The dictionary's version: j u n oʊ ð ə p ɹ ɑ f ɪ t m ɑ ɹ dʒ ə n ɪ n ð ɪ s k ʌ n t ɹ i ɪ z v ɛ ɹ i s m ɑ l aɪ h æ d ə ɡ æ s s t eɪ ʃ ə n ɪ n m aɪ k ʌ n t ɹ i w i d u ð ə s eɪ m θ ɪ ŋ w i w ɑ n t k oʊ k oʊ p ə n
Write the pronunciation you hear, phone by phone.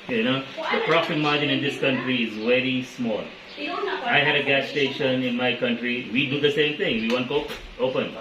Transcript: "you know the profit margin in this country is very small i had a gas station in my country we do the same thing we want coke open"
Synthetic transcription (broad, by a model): j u n oʊ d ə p ɹ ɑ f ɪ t m ɑ ɹ dʒ ə n ɪ n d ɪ s k ʌ n t ɹ i ɪ z v ɛ ɹ i s m ɑ l aɪ h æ d ə ɡ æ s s t eɪ ʃ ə n ɪ n m aɪ k ʌ n t ɹ i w i d u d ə s eɪ m t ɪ ŋ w i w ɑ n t oʊ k oʊ p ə n